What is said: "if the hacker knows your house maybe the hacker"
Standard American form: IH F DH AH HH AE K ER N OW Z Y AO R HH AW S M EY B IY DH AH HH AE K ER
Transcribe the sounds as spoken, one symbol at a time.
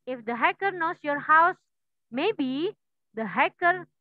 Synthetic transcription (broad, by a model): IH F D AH HH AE K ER N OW S Y AO R HH AW S M EY B IY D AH HH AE K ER